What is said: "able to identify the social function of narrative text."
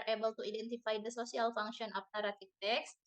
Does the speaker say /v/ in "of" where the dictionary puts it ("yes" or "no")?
no